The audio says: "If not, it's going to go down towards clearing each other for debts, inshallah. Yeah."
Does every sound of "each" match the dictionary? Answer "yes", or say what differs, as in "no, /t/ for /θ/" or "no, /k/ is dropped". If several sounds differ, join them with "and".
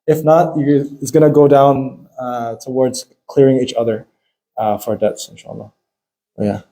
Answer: yes